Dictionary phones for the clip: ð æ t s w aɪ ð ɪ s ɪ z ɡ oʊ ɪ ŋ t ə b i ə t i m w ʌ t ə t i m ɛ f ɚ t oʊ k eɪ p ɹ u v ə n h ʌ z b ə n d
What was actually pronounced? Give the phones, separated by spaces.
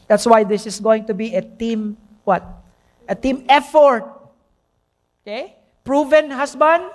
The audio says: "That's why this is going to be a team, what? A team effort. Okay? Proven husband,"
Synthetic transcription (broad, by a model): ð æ t s w aɪ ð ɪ s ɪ s ɡ oʊ ɪ ŋ t ə b i ə t i m w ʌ t ə t i m ɛ f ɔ t oʊ k eɪ p ɹ u v ə n h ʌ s b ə n d